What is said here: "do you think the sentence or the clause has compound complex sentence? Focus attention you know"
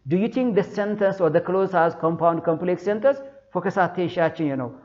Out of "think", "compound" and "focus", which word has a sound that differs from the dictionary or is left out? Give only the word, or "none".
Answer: think